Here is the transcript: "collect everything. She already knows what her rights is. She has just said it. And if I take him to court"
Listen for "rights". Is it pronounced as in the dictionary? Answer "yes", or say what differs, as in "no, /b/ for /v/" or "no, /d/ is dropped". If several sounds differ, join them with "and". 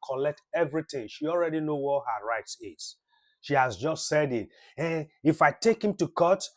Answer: yes